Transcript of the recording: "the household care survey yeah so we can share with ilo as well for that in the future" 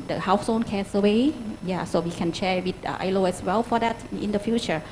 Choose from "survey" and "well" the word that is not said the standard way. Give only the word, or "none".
survey